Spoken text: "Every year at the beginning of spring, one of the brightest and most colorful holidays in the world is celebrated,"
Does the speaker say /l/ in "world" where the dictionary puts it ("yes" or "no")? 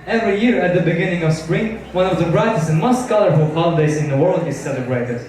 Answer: yes